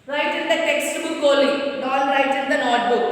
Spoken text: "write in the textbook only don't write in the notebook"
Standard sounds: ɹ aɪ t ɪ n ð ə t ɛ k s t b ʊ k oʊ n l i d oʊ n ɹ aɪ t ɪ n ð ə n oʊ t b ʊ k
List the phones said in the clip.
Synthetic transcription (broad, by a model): ɹ aɪ t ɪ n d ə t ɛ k s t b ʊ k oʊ l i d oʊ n ɹ aɪ t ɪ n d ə n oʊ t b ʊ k